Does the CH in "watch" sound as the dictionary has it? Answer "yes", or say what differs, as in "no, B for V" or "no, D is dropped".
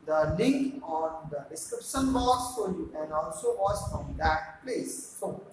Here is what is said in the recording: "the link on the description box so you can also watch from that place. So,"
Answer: no, S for CH